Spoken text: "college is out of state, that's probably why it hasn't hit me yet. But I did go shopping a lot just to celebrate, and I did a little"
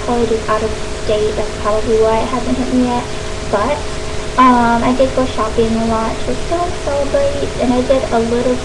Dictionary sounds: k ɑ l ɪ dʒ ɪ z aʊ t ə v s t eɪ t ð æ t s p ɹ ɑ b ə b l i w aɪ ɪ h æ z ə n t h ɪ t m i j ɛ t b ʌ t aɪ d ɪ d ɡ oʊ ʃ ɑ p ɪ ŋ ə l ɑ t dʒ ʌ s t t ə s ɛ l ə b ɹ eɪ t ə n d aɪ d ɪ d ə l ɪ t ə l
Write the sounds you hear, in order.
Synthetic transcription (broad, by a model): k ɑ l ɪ dʒ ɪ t aʊ t ə v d eɪ t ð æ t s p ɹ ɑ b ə b l i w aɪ ɪ h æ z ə n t h ɪ t m i j ɛ t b ʌ t aɪ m ɪ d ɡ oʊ ʃ ɑ p ɪ ŋ ə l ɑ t tʃ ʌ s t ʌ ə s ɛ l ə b eɪ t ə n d aɪ d ɪ d ə l ɪ t l